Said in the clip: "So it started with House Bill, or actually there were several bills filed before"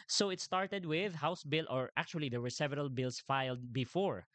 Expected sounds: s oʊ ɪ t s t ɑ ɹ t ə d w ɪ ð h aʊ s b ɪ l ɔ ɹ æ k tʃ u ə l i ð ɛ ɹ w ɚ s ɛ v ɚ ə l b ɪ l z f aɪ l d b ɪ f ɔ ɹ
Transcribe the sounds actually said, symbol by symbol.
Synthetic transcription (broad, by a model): s oʊ ɪ t s t ɑ ɹ t ə d w ɪ ð h aʊ s b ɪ l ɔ ɹ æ k tʃ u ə l i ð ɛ ɹ w ɚ s ɛ v ɚ ə l b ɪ l s f aɪ l d b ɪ f ɔ ɹ